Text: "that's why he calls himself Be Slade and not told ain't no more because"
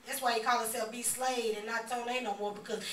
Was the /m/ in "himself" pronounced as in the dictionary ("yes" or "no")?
no